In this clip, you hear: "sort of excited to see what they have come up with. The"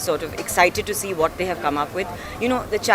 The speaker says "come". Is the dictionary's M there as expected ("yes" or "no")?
yes